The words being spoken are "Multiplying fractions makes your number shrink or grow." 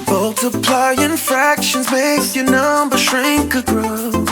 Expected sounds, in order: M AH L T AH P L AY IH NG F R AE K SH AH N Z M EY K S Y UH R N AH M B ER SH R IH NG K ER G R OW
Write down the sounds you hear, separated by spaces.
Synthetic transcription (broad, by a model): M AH L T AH P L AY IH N F R AE K SH AH N Z M EY K S Y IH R N AH M B ER SH R IH NG K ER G R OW